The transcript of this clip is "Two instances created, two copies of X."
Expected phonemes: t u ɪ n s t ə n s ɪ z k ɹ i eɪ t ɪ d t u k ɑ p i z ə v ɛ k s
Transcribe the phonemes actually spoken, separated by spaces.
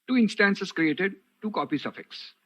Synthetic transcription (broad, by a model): t u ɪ n s t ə n s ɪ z k ɹ i eɪ t ɪ d t u k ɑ p i s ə f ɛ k s